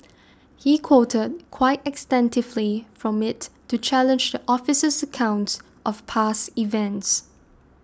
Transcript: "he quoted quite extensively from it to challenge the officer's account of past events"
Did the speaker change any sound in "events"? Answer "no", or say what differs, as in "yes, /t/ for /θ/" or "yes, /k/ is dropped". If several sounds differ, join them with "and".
no